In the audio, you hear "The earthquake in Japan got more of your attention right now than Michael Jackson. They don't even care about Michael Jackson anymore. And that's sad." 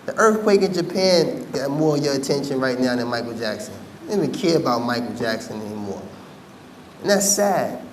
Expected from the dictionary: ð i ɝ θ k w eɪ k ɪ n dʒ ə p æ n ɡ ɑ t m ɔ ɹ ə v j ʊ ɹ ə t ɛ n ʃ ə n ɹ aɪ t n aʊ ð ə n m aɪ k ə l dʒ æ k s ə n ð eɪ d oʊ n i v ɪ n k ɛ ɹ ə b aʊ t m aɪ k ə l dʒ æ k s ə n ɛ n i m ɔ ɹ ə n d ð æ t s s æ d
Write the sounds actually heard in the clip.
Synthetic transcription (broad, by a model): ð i ɝ θ k w eɪ k ɪ n dʒ ə p æ n ɡ ɑ t m ɔ ɹ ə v j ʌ ɹ ə t ɛ n ʃ ə n ɹ aɪ t n aʊ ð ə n m aɪ k l dʒ æ k s ə n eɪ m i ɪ k ɛ ɹ ə b aʊ t m aɪ k l dʒ æ k s ə n ɛ n i m ɔ ɹ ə n ð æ t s s æ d